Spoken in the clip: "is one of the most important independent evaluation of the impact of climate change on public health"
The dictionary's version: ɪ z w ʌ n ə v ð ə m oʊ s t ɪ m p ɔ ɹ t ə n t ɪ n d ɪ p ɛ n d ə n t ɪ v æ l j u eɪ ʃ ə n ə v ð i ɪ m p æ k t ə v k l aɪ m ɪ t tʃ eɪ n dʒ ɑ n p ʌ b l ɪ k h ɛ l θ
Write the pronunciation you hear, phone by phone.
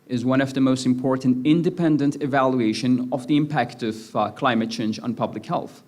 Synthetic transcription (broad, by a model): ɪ z w ʌ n ə v ð ə m oʊ s t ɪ m p ɔ ɹ t n t ɪ n d ɪ p ɛ n d ə n t ɪ v æ l j u eɪ ʃ ə n ə v ð i ɪ m p æ k t ə v k l aɪ m ɪ t tʃ eɪ n dʒ n p ʌ b l ɪ k h ɛ l θ